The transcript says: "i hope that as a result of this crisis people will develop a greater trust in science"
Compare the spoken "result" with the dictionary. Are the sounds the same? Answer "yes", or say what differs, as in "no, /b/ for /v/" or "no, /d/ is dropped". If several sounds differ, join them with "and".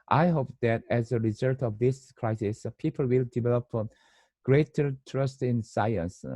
yes